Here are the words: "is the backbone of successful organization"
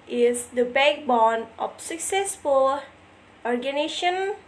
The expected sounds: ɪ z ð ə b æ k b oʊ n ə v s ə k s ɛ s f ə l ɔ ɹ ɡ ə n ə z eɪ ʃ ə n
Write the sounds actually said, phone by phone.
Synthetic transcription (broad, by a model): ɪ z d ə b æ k b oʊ n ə f s ə k s ɛ s f ə l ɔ ɹ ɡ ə n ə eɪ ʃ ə n